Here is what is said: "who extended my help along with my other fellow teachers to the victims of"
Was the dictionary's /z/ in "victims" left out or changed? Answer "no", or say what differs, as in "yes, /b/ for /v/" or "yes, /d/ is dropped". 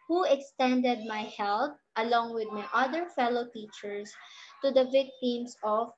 yes, /s/ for /z/